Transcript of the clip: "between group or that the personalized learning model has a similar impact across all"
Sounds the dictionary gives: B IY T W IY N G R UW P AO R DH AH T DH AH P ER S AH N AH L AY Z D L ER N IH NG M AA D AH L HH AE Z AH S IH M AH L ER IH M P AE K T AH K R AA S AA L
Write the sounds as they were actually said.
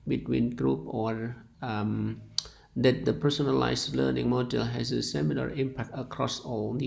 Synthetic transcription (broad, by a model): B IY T W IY N G R UW P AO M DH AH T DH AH P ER S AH N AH L AY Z L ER N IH NG M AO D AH L HH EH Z AH S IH M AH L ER IH M P AE K T AH K R AA S AA L